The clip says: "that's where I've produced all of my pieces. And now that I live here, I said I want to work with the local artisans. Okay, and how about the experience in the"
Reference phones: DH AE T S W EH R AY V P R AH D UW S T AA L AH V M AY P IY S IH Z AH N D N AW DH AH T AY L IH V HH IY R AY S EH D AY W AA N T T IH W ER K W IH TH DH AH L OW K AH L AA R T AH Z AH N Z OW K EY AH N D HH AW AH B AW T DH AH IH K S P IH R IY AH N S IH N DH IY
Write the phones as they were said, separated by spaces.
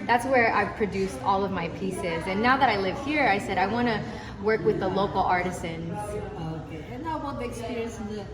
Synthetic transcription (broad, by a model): DH AE T S W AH R AY V P R AH D UW S T AA L AH V M AY P IY S IH Z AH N N AW DH AH T AY L IH V HH IY R AY S EH D AY W AA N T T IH W ER K W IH DH AH L OW K L AA R T AH Z AH N Z OW K EY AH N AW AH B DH IH K S P IH R IY AH N S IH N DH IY